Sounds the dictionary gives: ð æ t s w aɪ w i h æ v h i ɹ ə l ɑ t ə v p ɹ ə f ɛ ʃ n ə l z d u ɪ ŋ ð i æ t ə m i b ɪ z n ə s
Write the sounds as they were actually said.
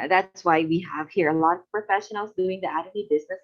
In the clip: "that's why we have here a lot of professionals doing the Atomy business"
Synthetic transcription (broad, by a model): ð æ t s w aɪ w i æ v h i ɹ ə l ɑ t ə v p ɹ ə f ɛ ʃ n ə l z d u ɪ ŋ ð i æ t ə i b ɪ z n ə s